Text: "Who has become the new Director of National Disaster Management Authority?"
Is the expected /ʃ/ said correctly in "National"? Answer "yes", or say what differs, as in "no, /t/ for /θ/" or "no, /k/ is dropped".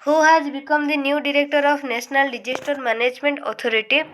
no, /s/ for /ʃ/